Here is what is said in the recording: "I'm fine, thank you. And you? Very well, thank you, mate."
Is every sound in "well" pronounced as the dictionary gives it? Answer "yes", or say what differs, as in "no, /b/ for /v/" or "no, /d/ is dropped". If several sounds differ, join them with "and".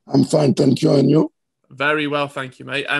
yes